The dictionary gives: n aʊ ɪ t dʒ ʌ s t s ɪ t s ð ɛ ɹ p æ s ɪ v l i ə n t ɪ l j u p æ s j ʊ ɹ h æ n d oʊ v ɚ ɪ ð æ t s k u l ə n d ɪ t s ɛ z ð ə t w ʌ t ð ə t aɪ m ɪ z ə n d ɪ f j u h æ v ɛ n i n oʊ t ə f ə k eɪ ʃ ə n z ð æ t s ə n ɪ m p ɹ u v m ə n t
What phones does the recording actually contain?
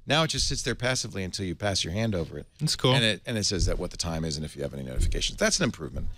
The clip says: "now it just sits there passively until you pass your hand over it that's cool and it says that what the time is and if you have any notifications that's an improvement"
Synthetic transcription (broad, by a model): n aʊ ɪ t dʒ ʌ s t s ɪ t s ð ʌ ɹ p æ s ɪ v l i ə n t ɪ l j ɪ p æ s j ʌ ɹ h æ n d oʊ v ɚ ɪ t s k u n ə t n ɪ t s ɛ z ð ə t w ʌ t ð ə t aɪ m ɪ z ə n ɪ f j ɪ v ɛ n i n oʊ t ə f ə k eɪ ʃ n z ð æ t s n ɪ m p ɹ u v m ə n t